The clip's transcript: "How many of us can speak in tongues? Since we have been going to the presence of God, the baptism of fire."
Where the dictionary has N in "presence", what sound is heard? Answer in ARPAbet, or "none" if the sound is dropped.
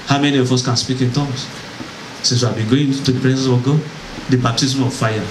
none